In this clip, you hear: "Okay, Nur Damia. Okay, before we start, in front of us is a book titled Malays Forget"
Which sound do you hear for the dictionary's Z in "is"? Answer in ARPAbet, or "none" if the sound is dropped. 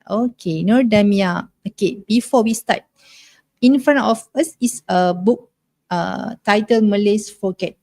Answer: S